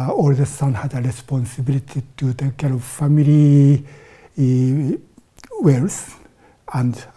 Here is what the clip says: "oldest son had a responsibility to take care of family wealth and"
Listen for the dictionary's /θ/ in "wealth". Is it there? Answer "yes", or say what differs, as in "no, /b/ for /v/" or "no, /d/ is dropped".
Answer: no, /s/ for /θ/